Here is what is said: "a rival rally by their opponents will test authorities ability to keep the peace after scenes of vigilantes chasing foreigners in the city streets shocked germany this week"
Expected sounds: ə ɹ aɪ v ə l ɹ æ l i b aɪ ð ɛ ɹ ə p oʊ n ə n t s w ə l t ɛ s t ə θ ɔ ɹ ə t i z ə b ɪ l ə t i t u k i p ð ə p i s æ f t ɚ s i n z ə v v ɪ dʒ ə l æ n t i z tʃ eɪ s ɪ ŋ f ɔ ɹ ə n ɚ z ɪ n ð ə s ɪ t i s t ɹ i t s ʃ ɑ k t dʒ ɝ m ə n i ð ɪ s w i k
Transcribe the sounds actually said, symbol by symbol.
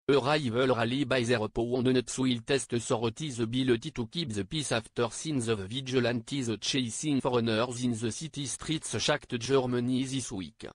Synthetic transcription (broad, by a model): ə ɹ aɪ v ə l ɹ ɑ l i b aɪ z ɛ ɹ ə p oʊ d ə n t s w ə l t ɛ s t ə s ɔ ɹ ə t i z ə b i l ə t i t u k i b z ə p i s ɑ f t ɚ s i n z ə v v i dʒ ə l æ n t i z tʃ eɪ s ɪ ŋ f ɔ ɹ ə n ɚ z ɪ n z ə s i t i s t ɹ i t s ʃ ɑ k t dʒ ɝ m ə n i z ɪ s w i k